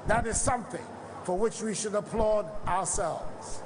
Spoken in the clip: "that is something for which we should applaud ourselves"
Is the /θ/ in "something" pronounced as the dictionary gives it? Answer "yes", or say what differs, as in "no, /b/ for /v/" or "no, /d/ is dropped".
yes